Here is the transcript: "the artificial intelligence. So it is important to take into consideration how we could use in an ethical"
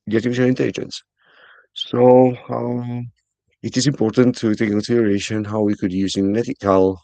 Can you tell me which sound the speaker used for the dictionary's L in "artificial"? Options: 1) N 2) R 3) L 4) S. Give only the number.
1